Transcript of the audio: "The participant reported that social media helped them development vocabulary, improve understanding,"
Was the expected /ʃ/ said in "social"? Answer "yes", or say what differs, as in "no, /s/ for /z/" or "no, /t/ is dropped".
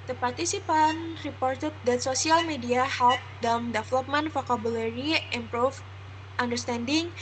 no, /s/ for /ʃ/